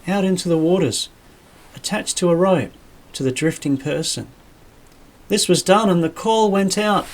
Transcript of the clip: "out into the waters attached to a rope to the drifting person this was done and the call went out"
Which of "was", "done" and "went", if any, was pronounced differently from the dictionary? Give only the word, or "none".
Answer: none